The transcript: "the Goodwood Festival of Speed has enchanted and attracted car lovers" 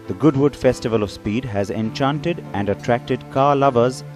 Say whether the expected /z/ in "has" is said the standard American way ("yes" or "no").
yes